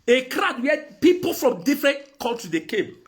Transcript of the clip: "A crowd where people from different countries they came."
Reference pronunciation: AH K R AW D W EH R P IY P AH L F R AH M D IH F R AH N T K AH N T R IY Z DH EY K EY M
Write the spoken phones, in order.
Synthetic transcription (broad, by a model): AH K R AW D W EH P IY P AH L F R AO M D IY F R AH N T K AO L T IY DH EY K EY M